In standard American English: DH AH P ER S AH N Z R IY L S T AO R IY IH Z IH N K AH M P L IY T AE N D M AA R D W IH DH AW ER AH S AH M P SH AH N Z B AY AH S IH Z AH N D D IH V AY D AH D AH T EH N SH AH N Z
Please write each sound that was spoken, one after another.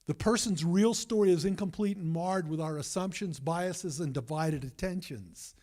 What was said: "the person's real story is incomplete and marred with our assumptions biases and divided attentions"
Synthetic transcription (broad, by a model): DH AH P ER S AH N Z R IY L S T AO R IY IH Z IH N K AH M P L IY T N M AA R D W IH DH AW ER AH S AH M P SH AH N Z B AY AH S IH Z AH N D D IH V AY D AH D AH T EH N SH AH N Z